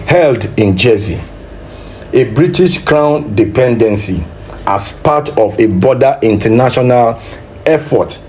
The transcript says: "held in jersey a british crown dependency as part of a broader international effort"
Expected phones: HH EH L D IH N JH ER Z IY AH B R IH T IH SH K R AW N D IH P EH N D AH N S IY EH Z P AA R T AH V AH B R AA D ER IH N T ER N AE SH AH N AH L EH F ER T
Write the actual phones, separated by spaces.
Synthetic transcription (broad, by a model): HH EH L D IH N JH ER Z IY AH B R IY T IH SH K R AW N D IH P EH N D AH N S IY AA S P AA T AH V AH B AA D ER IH N T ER N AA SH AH N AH L EH F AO T